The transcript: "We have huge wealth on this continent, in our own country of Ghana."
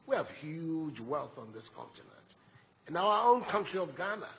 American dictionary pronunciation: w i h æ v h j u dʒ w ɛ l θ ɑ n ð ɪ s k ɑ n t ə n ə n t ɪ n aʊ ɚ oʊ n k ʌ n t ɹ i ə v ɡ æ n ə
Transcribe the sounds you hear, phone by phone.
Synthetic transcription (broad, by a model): w i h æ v h j u dʒ w ɛ l θ n ð ɪ s k ɑ n t ə n ə n t ɪ n aʊ ɚ oʊ n k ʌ n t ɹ i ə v ɡ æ n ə